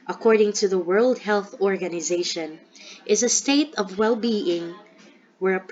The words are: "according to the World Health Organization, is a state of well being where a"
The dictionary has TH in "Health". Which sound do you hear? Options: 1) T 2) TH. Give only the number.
2